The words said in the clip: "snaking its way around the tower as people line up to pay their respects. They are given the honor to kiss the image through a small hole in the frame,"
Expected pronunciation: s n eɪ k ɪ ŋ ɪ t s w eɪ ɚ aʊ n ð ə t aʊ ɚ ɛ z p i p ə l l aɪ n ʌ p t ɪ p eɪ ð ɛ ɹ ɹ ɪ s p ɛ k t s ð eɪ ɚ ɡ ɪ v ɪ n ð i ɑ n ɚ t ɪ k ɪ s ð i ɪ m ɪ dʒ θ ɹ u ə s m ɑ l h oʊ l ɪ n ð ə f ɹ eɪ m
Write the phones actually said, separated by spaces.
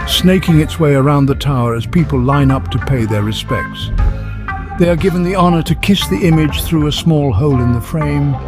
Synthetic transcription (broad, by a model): s n eɪ k ɪ ŋ ɪ t s w eɪ ɚ aʊ n ð ə t aʊ ɚ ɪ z p i p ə l l aɪ n ʌ p t ɪ p eɪ ð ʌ ɹ ɹ ɪ s p ɛ k t s ð eɪ ɚ ɡ ɪ v ɪ n ð i ɑ n ɚ t ɪ k ɪ s ð i ɪ m ɪ dʒ θ ɹ u ə s m ɑ l h oʊ l ɪ n ð ə f ɹ eɪ m